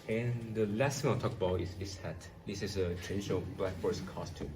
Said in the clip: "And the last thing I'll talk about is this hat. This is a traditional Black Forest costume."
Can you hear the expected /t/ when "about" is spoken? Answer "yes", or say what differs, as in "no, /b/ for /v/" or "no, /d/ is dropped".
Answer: no, /t/ is dropped